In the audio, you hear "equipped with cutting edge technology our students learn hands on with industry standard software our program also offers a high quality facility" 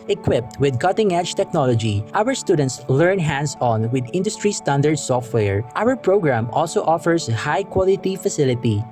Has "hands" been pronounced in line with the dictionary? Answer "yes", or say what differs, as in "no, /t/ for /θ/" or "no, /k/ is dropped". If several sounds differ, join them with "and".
no, /s/ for /z/